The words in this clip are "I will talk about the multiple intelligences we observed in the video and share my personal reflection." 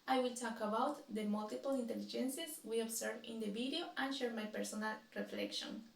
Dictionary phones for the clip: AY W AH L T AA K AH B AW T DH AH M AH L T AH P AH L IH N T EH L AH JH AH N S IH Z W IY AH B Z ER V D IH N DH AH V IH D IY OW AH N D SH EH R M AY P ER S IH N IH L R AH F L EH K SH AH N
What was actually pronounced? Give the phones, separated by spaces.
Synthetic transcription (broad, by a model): AY W AH L T AA K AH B AW T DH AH M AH L T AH P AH L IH N T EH L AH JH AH N S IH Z W IY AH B S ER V IH N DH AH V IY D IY OW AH N SH EH R M AY P ER S IH N IH L R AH F L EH K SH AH N